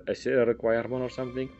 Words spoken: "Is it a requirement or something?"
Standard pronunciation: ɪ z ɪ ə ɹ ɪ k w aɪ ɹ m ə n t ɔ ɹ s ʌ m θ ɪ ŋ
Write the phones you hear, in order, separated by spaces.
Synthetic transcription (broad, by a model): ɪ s ɪ ə ɹ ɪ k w aɪ ɹ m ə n ɔ ɹ s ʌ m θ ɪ ŋ